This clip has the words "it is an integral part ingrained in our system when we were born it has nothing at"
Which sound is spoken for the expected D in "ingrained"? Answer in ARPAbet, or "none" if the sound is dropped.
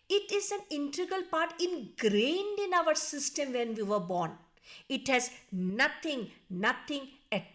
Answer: D